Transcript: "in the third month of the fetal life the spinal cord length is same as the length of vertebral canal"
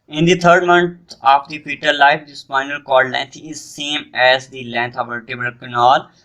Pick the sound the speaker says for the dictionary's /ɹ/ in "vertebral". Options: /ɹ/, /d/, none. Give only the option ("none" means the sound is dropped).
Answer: none